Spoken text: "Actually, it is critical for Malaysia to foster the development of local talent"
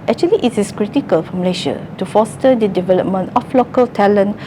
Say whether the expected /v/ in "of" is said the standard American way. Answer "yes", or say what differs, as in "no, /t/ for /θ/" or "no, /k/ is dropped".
no, /f/ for /v/